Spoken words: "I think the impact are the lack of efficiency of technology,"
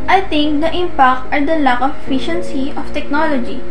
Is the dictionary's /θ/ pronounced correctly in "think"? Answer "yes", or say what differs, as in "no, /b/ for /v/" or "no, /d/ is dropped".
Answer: no, /t/ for /θ/